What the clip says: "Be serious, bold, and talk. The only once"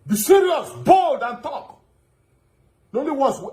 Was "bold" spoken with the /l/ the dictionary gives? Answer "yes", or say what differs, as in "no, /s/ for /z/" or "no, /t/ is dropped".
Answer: yes